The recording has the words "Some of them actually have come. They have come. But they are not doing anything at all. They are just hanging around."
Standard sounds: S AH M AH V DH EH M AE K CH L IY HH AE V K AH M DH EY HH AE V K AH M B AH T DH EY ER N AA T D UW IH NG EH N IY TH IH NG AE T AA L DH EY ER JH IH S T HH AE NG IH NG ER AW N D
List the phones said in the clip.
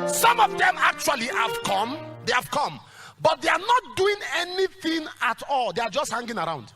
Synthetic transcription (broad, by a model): S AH M AH V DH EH M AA K CH W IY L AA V K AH M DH EY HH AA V K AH M B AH T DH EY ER N AA T D UW IH NG EH N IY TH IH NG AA T AA L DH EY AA JH IH S T HH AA NG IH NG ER AW N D